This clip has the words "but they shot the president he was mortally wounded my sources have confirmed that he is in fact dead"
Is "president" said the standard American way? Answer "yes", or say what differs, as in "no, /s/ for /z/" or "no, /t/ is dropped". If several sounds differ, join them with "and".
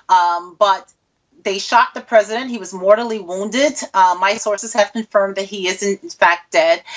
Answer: yes